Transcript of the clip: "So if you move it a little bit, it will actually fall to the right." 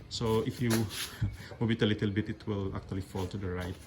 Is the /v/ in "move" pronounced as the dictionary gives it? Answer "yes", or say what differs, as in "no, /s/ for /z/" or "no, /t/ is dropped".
no, /b/ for /v/